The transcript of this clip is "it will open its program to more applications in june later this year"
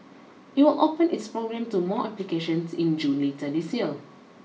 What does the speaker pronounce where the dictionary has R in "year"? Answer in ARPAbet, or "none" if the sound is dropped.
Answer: L